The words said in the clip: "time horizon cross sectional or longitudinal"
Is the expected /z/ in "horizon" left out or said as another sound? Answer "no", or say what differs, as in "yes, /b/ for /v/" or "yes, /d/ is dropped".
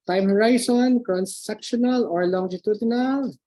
yes, /s/ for /z/